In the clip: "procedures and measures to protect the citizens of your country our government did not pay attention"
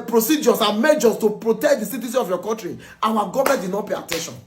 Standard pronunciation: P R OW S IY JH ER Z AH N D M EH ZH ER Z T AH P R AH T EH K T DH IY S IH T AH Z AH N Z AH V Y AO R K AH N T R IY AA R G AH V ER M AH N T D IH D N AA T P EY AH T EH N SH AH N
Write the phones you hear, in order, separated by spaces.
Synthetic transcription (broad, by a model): P R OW S IY JH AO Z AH M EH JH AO S T AH P R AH T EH K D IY S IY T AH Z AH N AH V Y AO K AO N T R IY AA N G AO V M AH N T D IH D N AA T P EY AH T EH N SH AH N